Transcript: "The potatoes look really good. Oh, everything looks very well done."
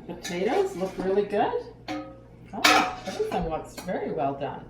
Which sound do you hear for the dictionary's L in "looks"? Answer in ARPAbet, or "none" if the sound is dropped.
W